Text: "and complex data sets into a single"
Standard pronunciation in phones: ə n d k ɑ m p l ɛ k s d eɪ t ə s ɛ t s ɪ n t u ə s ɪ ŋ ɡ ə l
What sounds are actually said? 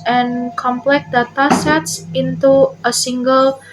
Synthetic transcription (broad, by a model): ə n k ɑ m p l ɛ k d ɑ t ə s ɛ t s ɪ n t u ə s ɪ ŋ ɡ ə l